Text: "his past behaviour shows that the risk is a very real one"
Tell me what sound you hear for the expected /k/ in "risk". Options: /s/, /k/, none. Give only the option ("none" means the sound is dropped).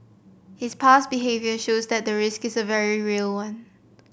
/k/